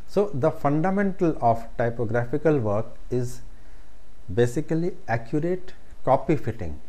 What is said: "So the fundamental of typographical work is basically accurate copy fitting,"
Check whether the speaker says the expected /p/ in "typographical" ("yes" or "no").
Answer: yes